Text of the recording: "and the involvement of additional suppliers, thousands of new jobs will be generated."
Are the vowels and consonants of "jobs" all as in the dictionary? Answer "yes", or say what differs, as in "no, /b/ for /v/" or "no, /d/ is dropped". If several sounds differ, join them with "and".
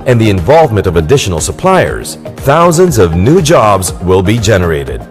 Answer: yes